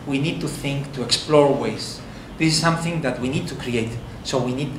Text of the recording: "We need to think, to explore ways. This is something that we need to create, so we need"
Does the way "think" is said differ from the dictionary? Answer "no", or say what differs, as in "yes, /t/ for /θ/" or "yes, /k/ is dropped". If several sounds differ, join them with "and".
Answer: no